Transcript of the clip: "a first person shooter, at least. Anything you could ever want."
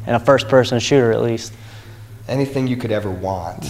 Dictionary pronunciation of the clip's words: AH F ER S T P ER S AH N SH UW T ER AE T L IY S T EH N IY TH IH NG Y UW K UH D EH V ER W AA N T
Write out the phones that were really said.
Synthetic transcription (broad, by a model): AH F ER S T P ER S AH N SH UW T ER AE T L IY S T EH N IY TH IH NG Y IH K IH D EH V ER W AA N T